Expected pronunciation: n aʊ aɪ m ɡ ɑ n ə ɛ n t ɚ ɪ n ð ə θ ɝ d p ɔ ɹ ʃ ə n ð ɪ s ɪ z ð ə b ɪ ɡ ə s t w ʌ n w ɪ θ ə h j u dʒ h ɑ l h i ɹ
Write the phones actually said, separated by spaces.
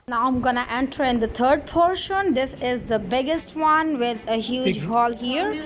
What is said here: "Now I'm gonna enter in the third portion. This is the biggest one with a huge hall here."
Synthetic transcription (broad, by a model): n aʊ aɪ m ɡ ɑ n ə ɛ n t ɚ ɪ n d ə t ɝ d p ɔ ɹ ʃ ə n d ɪ s ɪ z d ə b ɪ ɡ ə s t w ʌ n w ɪ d ə h j u dʒ h ɑ l h i ɹ